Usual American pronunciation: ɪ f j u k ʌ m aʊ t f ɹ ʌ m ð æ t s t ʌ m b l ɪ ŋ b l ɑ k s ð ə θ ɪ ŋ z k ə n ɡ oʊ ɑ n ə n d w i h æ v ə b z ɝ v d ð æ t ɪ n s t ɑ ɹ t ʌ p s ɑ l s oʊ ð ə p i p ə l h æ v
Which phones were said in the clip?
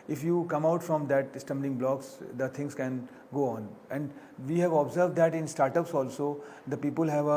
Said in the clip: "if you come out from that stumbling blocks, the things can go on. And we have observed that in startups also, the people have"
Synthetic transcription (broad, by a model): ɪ f j u k ʌ m aʊ t f ɹ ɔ m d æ t s t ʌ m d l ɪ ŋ b l ɑ k s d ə t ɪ ŋ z k ə n ɡ oʊ ɑ n ə n d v i h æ v ə b z ɝ v d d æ t ɪ n s t ɑ ɹ t ʌ p s ɑ l s oʊ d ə p i p ə l h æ v